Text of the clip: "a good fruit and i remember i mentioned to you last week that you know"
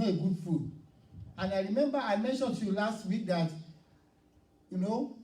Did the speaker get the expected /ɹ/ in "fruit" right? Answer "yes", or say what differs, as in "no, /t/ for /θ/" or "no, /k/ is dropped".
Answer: no, /ɹ/ is dropped